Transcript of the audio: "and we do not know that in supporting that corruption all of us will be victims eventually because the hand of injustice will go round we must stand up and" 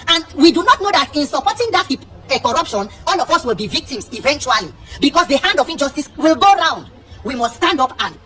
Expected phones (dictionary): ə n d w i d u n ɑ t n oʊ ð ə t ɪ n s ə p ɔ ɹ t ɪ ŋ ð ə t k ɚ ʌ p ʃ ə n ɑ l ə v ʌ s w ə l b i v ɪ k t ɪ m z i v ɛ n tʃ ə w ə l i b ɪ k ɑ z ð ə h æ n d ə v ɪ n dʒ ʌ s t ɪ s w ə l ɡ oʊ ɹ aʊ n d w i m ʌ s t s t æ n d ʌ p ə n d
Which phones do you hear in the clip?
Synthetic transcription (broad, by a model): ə n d w i d u n ɑ t n oʊ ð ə t ɪ n s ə p ɔ t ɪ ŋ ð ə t k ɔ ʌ p ʃ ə n ɑ l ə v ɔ s w ə l b i v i k t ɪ m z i v ɛ n tʃ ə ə l i b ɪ k ɑ s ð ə h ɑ n d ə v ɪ n dʒ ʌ s t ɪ s w ə l ɡ oʊ ɹ aʊ n d w i m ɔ s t s t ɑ n d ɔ p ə n